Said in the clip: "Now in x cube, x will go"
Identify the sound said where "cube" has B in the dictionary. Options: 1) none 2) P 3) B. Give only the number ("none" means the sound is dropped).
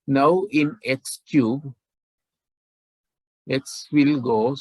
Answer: 3